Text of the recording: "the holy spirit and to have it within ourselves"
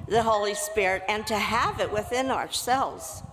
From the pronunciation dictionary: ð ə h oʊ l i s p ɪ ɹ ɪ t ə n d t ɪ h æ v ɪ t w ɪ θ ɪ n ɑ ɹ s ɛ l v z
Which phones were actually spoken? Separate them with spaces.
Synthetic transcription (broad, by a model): ð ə h oʊ l i s p ɪ ɹ ɪ t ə n t ɪ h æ v ɪ t w ɪ θ ɪ n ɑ ɹ s ɛ l v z